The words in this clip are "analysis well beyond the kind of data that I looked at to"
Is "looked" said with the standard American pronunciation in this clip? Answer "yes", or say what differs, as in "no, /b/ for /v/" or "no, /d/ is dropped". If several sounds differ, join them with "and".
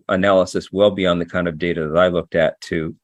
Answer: yes